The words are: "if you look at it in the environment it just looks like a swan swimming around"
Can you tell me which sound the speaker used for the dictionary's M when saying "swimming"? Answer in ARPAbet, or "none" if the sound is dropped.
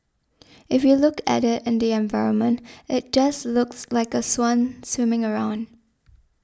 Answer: M